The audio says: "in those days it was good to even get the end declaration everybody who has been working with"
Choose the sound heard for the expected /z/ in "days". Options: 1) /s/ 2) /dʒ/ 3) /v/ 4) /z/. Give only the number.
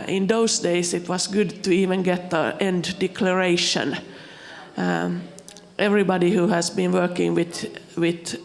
1